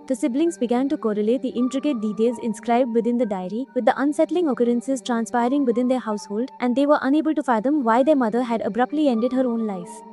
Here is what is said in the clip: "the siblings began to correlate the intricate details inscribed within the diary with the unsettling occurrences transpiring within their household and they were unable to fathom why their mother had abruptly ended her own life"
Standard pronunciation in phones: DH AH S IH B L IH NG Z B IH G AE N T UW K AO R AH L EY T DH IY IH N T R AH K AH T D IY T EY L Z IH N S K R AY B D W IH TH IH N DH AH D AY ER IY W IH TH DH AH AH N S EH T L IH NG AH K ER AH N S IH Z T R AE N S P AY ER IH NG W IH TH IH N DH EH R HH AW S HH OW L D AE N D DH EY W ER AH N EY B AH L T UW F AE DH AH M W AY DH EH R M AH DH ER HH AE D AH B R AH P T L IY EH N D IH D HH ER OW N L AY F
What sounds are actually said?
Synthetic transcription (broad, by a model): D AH S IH B L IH NG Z B IH G AE N T UW K AO R AH L EY T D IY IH N T R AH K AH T D IY T EY L Z IH N S K R AY B D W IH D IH N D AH D AY ER IY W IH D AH AH N S EH T L IH NG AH K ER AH N S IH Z T R AE N S P AY ER IH NG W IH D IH N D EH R HH AW S HH OW L D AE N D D EY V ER AH N EY B AH L T UW F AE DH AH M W AY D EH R M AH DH ER HH AE D AH B R AH P T L IY EH N D IH D HH ER OW N L AY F